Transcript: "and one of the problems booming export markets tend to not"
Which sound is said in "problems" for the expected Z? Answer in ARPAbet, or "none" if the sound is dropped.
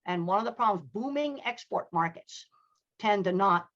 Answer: Z